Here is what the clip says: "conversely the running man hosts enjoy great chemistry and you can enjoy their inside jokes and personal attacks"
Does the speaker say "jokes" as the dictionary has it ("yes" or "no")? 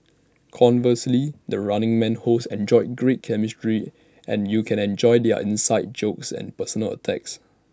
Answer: yes